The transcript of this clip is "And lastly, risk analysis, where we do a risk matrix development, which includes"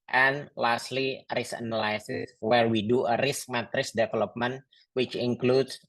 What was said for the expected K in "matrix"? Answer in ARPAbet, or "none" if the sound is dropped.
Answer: none